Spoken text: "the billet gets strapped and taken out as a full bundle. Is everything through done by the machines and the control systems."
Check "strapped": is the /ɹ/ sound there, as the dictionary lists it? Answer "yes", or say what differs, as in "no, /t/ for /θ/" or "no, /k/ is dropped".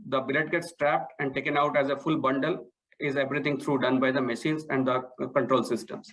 yes